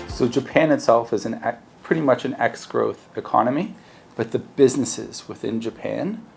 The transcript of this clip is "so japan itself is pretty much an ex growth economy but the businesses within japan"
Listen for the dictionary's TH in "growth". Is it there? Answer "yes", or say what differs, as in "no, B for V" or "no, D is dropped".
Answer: yes